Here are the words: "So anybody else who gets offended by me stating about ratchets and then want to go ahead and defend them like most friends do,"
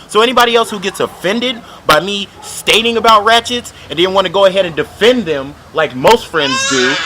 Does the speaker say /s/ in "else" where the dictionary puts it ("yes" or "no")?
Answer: yes